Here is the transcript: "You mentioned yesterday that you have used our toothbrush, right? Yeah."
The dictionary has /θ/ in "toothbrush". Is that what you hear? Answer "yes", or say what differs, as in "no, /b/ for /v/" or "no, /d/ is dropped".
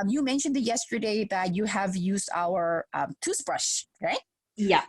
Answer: no, /s/ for /θ/